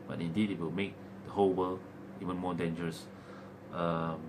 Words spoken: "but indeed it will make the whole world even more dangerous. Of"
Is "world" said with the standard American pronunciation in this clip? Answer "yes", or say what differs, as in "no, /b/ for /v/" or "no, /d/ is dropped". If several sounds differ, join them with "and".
no, /d/ is dropped